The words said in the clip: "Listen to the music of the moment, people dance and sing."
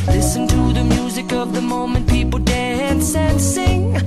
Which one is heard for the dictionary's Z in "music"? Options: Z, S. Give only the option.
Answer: Z